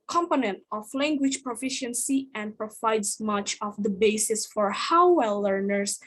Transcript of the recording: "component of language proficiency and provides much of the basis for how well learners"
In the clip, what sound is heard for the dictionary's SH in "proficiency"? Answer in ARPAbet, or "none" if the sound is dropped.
SH